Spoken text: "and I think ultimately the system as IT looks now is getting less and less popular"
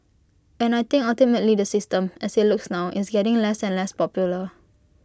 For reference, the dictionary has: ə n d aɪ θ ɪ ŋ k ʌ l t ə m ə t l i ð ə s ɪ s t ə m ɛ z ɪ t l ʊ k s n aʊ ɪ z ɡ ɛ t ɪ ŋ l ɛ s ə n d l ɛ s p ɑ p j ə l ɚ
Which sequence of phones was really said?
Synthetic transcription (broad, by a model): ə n aɪ t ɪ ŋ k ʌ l t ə m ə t l i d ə s ɪ s t ə m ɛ s ɪ t l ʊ k s n aʊ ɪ s ɡ ɛ t ɪ ŋ l ɛ s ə n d l ɛ s p ɑ p j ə l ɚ